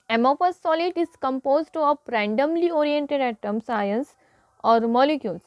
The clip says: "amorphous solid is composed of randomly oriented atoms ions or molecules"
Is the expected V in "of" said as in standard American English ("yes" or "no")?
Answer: no